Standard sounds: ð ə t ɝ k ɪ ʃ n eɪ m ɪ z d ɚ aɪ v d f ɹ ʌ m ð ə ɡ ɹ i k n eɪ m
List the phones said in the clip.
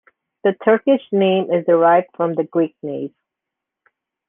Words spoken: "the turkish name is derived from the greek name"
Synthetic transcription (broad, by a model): ð ə t ɝ k ɪ ʃ n eɪ m ɪ z d ɚ aɪ v d f ɹ ʌ m ð ə ɡ ɹ i k n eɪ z